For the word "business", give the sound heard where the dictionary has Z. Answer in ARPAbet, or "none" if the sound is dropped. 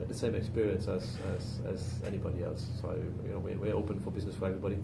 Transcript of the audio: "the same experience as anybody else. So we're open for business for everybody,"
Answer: Z